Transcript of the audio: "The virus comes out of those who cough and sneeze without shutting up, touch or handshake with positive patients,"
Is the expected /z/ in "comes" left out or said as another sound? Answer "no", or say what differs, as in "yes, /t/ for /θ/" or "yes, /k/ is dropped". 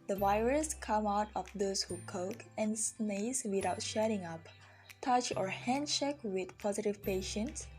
yes, /z/ is dropped